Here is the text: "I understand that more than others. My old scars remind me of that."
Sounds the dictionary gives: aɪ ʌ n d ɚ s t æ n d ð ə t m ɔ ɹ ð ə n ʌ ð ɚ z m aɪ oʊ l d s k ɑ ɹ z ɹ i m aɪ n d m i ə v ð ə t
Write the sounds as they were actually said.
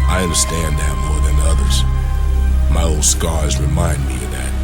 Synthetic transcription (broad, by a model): aɪ ʌ n d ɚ s t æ n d ð ə t m ɔ ɹ ð ə n ʌ ð ɚ z m aɪ oʊ l d s k ɑ ɹ z ɹ i m aɪ n d m i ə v ð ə t